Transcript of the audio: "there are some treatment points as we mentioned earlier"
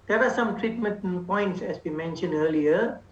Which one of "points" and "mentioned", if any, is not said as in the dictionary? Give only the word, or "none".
none